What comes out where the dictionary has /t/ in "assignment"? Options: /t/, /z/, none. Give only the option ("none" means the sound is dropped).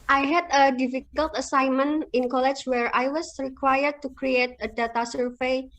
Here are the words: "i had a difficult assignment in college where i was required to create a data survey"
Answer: none